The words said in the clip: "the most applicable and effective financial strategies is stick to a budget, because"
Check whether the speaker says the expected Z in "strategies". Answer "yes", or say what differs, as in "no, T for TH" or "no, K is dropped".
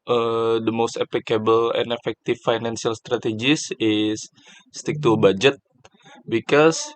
no, S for Z